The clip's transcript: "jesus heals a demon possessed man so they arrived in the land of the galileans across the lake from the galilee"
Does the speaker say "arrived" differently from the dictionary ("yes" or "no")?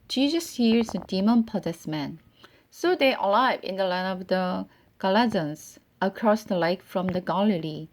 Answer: yes